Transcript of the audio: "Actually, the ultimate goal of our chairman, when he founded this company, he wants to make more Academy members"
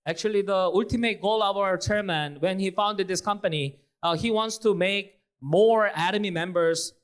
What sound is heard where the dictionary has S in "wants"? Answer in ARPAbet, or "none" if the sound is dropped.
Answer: S